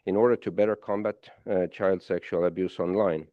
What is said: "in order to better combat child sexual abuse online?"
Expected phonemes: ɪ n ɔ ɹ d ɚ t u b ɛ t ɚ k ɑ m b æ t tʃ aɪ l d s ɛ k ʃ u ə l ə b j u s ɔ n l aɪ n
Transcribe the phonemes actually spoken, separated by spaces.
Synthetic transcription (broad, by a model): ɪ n ɔ ɹ d ɚ t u b ɛ t ɚ k ɑ m b æ t tʃ aɪ l d s ɛ k ʃ u ə l ə b j u s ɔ n l aɪ n